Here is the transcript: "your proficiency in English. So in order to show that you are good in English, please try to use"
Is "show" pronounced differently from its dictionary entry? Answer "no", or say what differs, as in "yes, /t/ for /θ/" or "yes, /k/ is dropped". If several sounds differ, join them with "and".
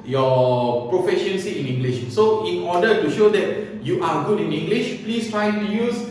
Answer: no